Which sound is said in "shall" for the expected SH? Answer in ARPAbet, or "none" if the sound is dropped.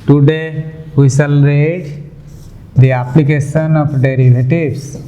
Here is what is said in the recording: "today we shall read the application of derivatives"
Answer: S